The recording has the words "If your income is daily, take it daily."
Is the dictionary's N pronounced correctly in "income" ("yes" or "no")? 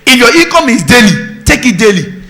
no